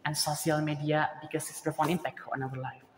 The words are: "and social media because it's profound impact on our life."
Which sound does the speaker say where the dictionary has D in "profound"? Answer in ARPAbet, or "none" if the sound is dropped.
none